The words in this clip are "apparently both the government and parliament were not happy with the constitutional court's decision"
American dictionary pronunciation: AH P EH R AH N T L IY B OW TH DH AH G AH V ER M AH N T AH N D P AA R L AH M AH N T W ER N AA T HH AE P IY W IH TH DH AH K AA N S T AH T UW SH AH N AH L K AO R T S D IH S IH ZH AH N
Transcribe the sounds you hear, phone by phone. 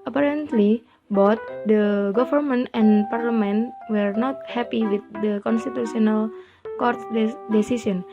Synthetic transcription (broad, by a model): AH P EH R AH N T L IY B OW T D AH G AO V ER M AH N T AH N P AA R L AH M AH N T W ER N AA T HH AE P IY W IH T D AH K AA N S T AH T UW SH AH N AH L K AO R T D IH S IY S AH N